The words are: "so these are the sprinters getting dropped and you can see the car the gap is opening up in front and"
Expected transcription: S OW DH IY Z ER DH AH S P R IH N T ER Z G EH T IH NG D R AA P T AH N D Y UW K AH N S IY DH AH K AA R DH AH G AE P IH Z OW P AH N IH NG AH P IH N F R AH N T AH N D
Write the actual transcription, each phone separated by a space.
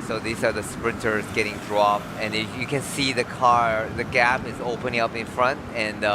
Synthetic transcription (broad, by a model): S OW DH IY Z ER DH AH S P R IH N T ER Z G EH T IH NG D R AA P AH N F Y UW K AH N S IY DH AH K AA R DH AH G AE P IH Z OW P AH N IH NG AH P IH N F R AH N T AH N